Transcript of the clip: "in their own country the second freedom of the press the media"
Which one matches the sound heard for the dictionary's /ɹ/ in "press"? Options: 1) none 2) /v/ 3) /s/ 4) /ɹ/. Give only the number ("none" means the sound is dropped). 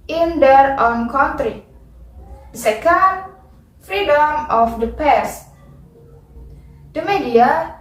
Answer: 1